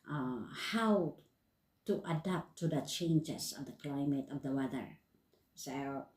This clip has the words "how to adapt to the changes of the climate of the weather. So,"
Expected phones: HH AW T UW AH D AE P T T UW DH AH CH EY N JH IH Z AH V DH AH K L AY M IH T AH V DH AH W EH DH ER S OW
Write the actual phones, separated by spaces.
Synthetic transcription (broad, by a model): HH AW T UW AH D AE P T T UW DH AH CH EY N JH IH S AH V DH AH K L AY M IH T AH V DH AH W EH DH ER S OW